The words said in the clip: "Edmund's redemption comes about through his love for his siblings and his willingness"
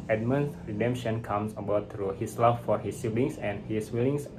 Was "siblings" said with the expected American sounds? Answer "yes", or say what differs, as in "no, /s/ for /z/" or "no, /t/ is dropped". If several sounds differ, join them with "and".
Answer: no, /s/ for /z/